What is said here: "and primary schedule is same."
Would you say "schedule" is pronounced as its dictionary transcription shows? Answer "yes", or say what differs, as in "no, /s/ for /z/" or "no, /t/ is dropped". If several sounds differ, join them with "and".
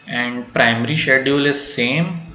no, /dʒ/ is dropped